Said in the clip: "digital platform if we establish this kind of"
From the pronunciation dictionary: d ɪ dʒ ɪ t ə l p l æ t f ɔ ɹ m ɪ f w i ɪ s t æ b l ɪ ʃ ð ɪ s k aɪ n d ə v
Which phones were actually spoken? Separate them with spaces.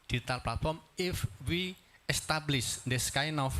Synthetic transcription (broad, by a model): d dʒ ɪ t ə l p l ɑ t f ɔ ɹ m ɪ f w i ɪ s t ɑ b l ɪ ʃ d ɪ s k aɪ n ə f